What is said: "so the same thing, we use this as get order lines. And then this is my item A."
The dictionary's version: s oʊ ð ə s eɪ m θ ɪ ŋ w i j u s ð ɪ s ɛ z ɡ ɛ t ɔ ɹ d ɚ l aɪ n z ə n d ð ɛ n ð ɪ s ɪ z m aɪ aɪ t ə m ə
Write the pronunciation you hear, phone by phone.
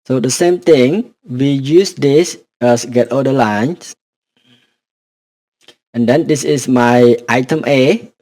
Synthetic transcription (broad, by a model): s oʊ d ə s eɪ m t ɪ ŋ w i j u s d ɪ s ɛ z ɡ ɛ t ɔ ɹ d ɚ l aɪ n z ə n d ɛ n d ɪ s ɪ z m aɪ aɪ t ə m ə